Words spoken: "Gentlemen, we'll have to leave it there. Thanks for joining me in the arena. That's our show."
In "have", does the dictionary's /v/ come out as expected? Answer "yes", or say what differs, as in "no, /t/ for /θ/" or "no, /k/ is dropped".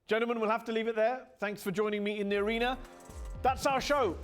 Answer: no, /f/ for /v/